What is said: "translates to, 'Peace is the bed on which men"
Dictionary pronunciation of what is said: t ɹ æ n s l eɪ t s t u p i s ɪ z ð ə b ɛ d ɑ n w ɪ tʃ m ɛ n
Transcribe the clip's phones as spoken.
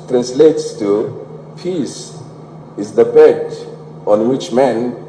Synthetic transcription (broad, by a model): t ɹ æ n s l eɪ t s t u p i s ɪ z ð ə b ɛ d ɑ n w ɪ tʃ m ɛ n